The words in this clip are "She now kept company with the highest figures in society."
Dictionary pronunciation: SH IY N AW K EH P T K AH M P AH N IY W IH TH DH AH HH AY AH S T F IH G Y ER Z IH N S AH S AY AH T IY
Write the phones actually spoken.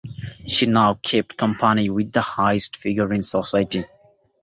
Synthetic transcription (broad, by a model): SH IY N AW K EH P T K AH M P AH N IY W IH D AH HH AY AH S T F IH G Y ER IH N S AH S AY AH T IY